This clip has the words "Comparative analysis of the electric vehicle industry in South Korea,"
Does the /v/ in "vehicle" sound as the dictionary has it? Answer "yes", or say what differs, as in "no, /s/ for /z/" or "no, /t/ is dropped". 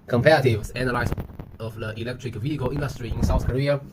yes